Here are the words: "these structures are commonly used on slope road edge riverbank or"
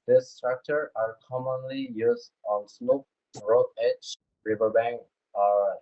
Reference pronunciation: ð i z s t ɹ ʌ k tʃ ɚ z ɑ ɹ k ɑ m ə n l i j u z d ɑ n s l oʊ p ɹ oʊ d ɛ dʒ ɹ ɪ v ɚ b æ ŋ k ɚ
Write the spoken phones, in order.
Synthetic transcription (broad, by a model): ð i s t ɹ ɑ k tʃ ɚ ɑ ɹ k ɑ m ə n l i j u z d ɑ n s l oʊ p ɹ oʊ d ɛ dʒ ɹ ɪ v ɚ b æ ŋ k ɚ